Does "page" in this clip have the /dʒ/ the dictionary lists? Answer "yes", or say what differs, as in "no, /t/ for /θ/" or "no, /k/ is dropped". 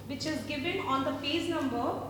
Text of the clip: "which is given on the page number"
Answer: no, /z/ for /dʒ/